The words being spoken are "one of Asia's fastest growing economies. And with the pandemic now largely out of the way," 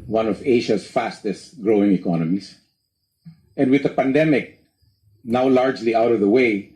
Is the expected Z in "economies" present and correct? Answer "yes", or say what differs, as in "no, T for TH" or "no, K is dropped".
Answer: no, S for Z